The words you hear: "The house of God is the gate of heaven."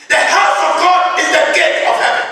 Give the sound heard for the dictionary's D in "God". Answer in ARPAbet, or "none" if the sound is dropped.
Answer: D